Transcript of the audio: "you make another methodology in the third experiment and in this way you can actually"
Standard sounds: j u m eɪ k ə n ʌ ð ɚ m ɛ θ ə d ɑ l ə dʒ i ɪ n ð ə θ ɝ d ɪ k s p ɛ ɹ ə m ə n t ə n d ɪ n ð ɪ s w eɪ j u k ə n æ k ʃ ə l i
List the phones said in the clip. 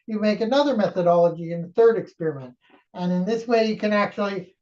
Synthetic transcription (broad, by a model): j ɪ m eɪ k ə n ʌ ð ɚ m ɛ θ ə d ɑ l ə dʒ i ɪ n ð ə θ ɝ d ɪ k s p ɛ ɹ ə m ə n t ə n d ɪ n ð ɪ s w eɪ j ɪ k ə n æ k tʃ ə l i